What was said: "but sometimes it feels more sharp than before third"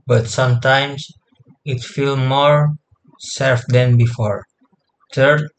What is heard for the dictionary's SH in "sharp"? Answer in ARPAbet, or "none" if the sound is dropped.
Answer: S